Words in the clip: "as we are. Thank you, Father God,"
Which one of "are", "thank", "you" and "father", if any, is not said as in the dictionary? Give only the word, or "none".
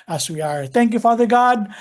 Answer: none